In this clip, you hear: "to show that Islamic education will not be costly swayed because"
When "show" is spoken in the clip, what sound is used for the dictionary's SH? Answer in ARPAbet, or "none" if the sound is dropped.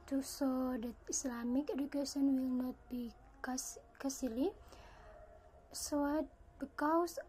S